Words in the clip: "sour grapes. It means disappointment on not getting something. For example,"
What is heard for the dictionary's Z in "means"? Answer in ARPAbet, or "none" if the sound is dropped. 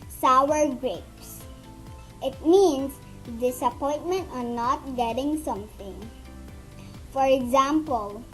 S